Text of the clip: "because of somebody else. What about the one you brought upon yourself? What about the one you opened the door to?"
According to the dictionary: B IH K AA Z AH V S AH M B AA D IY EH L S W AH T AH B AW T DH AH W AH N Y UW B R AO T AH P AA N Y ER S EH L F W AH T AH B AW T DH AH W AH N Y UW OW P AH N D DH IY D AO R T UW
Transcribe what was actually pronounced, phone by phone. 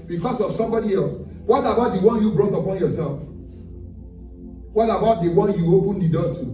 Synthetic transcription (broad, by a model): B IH K AA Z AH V S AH M B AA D IY EH L S W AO T AH B AW T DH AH W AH N Y UW B R AO T AH P AA N Y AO S EH L F W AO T AH B AW T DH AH W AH N Y UW OW P AH N D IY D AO T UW